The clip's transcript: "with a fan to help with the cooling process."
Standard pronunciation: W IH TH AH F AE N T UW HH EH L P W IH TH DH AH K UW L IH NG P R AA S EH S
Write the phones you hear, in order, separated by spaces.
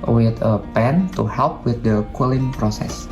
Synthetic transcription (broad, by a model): W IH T AH P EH N T UW HH EH L P W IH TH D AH K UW L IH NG P R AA S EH S